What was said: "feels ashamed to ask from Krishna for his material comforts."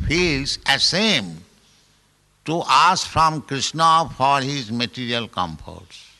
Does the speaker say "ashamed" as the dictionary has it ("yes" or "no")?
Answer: no